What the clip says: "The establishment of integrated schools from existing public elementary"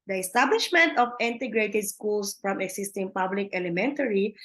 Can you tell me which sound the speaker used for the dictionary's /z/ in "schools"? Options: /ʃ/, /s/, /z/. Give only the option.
/s/